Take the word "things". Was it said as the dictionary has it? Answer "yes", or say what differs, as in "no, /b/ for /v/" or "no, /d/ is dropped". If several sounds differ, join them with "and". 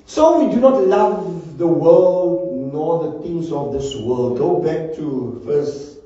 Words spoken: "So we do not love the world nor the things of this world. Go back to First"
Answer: no, /t/ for /θ/